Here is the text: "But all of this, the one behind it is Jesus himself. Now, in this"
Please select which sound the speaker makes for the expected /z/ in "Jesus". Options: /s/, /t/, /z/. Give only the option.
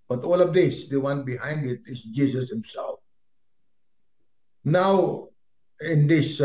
/s/